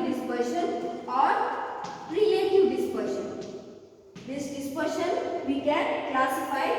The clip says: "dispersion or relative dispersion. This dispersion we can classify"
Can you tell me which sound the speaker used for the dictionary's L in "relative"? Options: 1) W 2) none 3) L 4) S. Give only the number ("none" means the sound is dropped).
2